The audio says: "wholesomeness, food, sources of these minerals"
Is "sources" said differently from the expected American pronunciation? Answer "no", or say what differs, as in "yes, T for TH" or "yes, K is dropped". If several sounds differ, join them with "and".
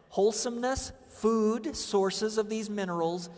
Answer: no